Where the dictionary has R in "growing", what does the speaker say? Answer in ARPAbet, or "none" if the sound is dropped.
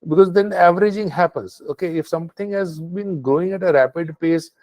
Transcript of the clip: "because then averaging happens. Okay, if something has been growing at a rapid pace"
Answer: none